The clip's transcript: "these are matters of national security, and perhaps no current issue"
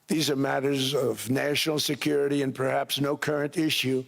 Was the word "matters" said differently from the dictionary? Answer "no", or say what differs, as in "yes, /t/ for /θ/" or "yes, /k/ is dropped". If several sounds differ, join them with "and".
no